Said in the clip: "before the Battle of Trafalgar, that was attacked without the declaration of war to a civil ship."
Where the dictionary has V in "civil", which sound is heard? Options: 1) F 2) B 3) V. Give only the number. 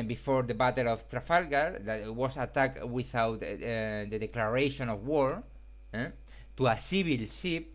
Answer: 2